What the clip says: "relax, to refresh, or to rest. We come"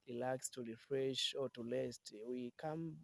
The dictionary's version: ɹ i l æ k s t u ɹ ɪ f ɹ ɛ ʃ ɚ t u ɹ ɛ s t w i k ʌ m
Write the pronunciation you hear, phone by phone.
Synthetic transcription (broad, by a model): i l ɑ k s t u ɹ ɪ f ɹ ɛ ʃ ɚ t u l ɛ s t w i k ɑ m